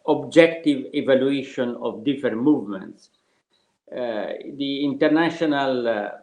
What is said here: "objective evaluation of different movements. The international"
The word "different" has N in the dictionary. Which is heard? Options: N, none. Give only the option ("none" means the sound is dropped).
none